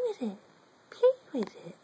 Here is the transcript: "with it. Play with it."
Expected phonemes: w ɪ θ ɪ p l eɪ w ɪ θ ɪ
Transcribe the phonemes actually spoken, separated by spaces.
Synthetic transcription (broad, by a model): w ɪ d ɪ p eɪ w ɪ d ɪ